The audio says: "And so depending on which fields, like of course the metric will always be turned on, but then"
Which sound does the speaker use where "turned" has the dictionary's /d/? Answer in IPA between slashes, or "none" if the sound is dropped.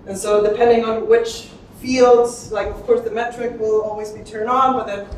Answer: /d/